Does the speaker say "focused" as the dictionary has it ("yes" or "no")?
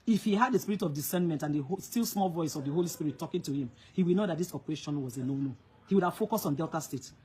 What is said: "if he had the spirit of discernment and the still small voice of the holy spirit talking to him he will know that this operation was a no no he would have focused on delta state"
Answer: no